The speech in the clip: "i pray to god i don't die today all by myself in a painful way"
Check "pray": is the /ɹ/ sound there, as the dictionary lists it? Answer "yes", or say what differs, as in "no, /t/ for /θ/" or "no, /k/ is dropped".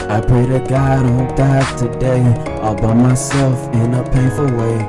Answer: no, /ɹ/ is dropped